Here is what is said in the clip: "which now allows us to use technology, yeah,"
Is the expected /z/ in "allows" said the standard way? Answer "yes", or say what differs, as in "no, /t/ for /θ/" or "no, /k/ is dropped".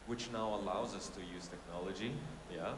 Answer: yes